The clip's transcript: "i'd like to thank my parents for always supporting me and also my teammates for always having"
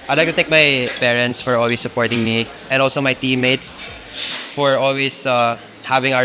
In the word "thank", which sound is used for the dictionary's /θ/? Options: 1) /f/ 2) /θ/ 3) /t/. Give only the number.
3